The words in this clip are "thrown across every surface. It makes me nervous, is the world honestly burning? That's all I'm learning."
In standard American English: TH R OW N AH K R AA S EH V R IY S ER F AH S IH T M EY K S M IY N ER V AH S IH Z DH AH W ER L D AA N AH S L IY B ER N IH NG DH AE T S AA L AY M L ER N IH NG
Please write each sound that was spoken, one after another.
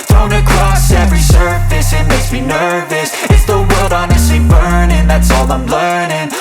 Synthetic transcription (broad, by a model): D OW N AH K R AA S EH V R IY S ER F AH S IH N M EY S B IY N ER V AH S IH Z DH AH W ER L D AA N AH S L IY B ER N IH NG DH AE T S AA L AY M L ER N IH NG